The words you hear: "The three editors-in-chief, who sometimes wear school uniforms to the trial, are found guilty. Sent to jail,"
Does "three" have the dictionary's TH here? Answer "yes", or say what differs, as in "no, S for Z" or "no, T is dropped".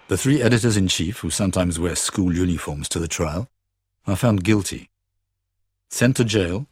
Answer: yes